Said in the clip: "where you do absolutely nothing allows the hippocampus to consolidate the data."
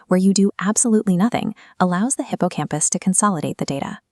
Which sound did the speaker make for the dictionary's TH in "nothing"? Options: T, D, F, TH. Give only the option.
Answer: TH